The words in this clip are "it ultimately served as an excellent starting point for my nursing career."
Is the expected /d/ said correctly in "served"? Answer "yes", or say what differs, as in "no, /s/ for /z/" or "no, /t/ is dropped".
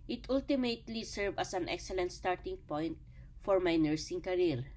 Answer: no, /d/ is dropped